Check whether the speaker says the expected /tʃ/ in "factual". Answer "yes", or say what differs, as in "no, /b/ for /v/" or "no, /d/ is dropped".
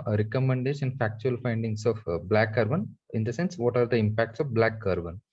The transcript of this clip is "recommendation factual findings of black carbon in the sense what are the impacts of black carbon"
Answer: yes